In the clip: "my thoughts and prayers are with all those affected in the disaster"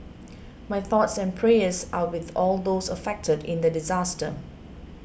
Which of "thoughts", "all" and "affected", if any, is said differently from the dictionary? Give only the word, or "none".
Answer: none